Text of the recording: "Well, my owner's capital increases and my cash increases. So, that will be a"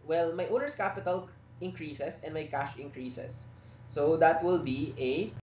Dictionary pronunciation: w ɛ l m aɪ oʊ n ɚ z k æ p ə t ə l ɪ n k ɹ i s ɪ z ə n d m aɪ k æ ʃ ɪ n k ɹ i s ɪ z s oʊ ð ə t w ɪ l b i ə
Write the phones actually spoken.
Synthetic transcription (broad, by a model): w ɛ l m aɪ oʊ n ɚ s k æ p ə t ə l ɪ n k ɹ i s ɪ s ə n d m aɪ k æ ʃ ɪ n k ɹ i s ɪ s oʊ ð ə t w ɪ l b i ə